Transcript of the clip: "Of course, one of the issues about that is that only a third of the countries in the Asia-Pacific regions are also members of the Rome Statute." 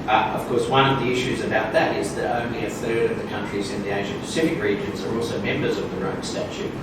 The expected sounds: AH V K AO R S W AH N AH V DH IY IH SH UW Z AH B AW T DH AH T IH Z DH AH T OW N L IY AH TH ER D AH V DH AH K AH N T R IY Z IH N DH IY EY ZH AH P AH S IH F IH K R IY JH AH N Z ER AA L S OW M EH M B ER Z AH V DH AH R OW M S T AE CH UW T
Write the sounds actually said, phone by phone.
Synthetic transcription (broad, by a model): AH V K AO R S W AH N AH V DH IY IH SH UW Z AH B AW T DH AH T IH Z DH AH T OW N L IY AH TH ER D AH V DH AH K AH N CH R IY Z IH N DH IY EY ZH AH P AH S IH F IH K R IY JH AH N Z ER AA L S OW M EH M B ER Z AH V DH AH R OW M S T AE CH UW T